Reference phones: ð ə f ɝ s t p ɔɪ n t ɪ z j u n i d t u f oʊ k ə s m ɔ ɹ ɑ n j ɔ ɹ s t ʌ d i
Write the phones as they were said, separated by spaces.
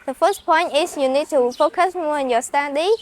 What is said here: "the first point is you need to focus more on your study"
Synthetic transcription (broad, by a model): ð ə f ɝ s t p ɔɪ n t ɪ s j u n i d t u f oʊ k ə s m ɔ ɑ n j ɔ s t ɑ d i